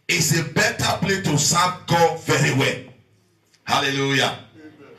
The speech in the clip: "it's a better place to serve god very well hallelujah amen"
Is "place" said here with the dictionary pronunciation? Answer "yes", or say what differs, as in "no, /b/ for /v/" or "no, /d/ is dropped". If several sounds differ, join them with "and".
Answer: no, /s/ is dropped